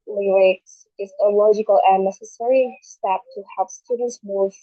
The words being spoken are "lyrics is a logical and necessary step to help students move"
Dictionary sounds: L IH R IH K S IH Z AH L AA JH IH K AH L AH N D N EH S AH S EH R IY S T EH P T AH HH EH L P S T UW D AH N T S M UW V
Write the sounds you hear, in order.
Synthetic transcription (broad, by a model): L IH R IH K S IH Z AH L AA JH IH K AH L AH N N EH S AH S EH R IY S T EH P T AH HH EH L P S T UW D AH N T S M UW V